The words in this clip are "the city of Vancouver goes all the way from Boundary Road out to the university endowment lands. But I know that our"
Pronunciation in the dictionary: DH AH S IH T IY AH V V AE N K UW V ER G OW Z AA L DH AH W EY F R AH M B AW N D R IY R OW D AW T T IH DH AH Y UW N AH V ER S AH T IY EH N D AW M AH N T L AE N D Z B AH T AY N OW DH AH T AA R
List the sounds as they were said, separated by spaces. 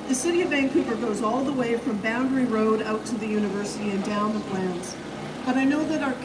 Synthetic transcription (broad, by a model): DH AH S IH T IY AH V B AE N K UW P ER G OW Z AA L DH AH W EY F R AH M B AW N D R IY R OW D AW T T IH DH AH Y UW N AH V ER S AH T IY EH N D AW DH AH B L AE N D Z B AH T AY N OW DH AH T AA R